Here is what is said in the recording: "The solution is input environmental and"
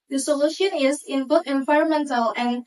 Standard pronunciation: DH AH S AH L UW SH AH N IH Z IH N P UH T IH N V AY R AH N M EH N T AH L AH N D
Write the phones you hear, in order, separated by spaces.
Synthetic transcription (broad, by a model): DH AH S AH L UW SH AH N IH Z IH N B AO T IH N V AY R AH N M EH N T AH L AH N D